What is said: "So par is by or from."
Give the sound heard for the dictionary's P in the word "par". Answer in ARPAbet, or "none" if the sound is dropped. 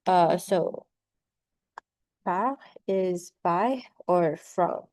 B